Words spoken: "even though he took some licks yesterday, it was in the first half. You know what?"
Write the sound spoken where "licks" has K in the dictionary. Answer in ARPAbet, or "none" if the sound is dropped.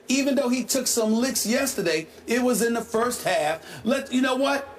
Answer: K